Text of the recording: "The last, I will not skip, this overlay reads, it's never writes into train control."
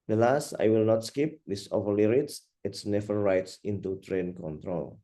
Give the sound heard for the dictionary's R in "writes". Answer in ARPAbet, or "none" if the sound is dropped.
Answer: R